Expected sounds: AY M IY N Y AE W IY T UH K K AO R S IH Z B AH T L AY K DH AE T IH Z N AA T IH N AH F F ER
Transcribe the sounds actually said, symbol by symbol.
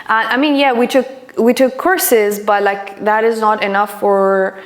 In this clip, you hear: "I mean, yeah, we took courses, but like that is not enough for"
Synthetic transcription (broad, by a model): AY M IY N Y AE W IY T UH K K AO R S IH Z B AH T L AY K DH AE T IH Z N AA T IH N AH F F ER